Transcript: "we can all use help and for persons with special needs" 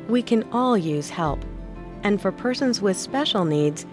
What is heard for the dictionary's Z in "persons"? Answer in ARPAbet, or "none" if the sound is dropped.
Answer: Z